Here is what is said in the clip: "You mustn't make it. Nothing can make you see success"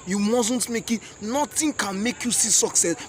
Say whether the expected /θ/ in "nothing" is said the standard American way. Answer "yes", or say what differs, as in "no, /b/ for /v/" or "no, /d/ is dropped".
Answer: no, /t/ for /θ/